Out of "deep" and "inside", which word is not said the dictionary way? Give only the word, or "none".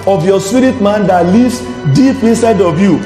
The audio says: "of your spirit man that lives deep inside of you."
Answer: none